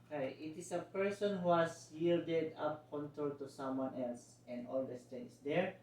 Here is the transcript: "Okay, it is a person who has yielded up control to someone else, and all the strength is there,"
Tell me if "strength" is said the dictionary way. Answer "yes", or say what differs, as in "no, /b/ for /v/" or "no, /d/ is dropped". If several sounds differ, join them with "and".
no, /ɹ/ is dropped